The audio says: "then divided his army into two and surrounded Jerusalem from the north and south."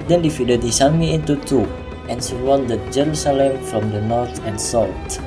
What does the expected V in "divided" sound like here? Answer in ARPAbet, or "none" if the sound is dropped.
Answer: F